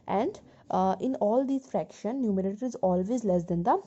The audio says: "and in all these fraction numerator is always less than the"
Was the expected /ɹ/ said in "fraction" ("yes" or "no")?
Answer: yes